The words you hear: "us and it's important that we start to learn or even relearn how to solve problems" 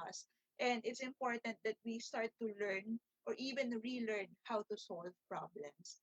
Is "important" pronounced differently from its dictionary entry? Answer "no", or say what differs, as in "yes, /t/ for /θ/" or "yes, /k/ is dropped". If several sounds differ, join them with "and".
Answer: no